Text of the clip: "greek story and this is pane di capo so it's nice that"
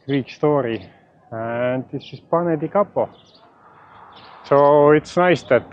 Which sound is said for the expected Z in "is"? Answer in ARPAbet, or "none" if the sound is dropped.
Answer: S